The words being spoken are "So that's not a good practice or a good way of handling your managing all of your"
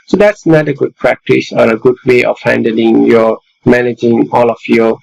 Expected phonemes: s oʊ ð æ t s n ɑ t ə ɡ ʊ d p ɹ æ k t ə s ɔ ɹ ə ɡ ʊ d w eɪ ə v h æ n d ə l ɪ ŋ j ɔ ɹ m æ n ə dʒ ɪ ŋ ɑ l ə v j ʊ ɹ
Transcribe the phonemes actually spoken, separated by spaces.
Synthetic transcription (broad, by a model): s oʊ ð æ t s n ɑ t ə ɡ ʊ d p ɹ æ k t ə s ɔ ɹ ə ɡ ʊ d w eɪ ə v h æ n d ə l ɪ ŋ j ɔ m æ n ə dʒ ɪ ŋ ɑ l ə f j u